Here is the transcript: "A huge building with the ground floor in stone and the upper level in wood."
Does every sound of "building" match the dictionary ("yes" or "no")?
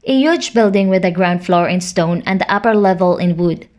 yes